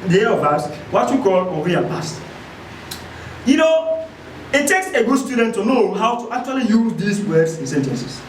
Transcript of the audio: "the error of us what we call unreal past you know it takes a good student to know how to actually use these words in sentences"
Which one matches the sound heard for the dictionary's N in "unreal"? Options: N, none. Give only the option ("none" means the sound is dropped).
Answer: none